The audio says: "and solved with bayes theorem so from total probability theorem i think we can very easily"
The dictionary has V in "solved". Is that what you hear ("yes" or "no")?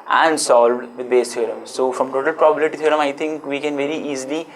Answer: yes